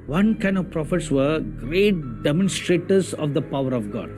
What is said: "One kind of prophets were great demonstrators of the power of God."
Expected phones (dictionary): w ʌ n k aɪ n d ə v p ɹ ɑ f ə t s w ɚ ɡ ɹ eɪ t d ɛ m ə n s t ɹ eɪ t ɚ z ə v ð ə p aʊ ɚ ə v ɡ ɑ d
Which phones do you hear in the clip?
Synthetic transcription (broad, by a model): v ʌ n k aɪ n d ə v p ɹ ɑ f ə t s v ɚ ɡ ɹ eɪ t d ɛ m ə n s t ɹ eɪ t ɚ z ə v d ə p aʊ ɚ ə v ɡ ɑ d